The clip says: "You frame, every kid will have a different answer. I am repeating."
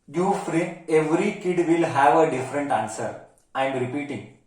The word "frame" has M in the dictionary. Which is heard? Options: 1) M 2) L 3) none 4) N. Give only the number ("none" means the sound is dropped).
3